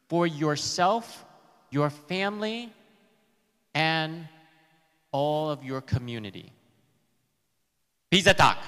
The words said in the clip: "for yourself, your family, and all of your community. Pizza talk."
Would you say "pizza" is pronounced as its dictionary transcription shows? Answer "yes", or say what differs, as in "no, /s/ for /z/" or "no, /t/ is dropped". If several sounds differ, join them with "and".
no, /b/ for /p/